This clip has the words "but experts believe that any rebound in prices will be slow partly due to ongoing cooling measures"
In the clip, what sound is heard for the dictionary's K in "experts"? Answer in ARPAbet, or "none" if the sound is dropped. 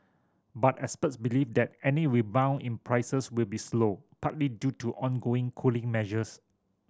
none